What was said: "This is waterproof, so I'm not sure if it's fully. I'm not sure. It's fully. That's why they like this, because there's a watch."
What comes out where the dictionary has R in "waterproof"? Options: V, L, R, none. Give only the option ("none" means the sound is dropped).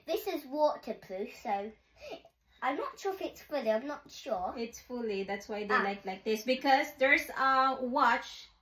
L